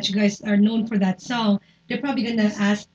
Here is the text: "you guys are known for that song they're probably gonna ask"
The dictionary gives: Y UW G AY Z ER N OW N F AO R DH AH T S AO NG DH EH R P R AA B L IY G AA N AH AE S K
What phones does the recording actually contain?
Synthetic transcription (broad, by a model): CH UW G AY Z ER N OW N F AO R DH AH T S AO NG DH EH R P R AA B L IY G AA N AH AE S